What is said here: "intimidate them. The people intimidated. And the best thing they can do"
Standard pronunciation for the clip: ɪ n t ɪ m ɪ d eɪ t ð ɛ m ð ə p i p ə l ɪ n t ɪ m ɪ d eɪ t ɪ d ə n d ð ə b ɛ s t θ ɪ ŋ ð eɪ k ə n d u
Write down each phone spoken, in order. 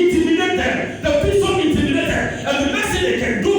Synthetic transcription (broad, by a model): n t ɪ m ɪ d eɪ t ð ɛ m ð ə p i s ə n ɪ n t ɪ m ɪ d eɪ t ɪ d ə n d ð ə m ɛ s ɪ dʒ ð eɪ k ə n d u